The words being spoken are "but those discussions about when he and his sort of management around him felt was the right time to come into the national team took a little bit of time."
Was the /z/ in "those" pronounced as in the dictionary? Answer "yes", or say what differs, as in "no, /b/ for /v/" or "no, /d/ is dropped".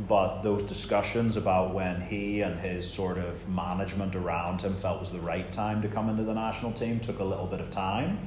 yes